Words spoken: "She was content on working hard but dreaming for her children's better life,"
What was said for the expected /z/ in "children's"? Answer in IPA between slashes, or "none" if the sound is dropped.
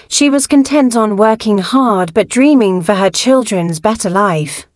/z/